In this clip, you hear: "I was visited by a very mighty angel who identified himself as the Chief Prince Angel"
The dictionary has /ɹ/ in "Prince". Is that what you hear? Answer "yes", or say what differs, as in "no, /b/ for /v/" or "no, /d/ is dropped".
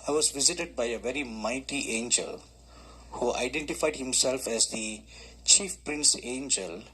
yes